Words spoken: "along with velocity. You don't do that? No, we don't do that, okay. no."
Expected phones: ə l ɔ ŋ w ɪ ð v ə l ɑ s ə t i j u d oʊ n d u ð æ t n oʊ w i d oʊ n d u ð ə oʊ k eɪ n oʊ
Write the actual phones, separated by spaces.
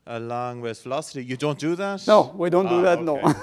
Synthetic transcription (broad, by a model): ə l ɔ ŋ w ɪ ð f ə l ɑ s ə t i j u d oʊ n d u ð æ t n oʊ w i d oʊ n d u ð ə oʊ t n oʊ